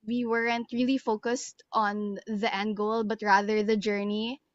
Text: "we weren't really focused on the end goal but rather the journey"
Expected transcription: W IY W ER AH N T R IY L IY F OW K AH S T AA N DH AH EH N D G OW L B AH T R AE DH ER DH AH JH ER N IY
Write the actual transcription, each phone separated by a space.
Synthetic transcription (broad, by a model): W IY W ER AH N T R IY L IY F OW K AH S T AA N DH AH EH N D G OW L B AH T R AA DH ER DH AH JH ER N IY